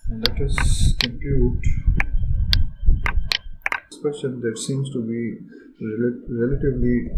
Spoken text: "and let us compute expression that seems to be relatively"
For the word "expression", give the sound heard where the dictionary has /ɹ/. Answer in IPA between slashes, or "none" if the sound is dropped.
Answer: none